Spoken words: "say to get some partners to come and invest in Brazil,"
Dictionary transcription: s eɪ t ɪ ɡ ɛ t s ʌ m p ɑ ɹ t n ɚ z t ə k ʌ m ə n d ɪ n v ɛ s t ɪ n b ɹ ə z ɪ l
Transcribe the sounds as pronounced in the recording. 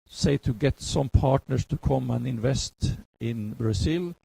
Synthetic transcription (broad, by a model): s eɪ t ɪ ɡ ɛ t s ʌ m p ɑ t n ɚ s t ə k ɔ m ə n ɪ n v ɛ s t ɪ n b ɹ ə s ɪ l